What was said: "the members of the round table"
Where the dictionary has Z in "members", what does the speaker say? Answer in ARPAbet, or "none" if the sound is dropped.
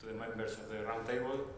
S